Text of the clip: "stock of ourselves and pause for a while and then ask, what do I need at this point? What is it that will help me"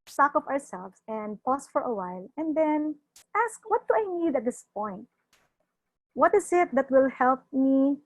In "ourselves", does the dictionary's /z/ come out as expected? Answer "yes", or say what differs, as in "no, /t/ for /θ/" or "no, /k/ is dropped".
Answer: no, /s/ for /z/